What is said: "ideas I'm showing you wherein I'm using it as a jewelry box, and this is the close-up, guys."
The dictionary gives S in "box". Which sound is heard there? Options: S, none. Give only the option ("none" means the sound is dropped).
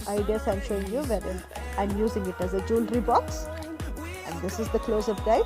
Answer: S